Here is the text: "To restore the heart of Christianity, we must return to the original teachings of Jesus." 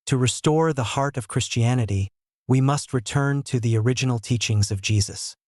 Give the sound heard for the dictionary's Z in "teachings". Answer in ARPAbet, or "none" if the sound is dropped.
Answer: Z